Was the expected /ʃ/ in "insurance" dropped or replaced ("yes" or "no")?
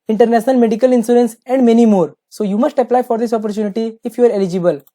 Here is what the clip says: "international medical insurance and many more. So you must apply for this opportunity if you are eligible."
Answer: yes